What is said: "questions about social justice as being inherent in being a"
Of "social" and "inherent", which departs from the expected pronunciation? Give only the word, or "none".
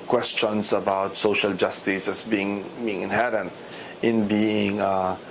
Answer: none